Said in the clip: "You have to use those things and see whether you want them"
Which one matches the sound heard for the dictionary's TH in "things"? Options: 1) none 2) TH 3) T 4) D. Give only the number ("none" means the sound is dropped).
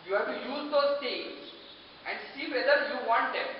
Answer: 3